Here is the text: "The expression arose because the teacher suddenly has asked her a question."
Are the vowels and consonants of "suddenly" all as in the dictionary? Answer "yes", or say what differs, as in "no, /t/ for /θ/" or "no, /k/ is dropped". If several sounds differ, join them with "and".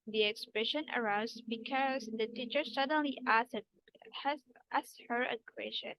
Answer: yes